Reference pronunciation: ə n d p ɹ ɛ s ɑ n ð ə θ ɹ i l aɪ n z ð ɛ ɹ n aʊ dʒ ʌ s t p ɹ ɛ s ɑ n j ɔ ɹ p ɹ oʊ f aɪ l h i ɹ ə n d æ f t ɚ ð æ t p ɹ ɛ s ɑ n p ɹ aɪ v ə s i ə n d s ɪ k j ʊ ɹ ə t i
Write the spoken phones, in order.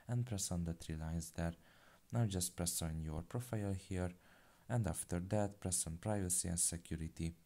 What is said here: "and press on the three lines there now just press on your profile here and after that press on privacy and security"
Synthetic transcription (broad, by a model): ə n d p ɹ ɛ s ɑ n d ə t ɹ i l aɪ n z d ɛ ɹ n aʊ dʒ ʌ s t p ɹ ɛ s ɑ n j ɔ ɹ p ɹ oʊ f aɪ l h i ɹ ə n d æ f t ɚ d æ t p ɹ ɛ s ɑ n p ɹ aɪ v ə s i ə n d s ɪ k j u ɹ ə t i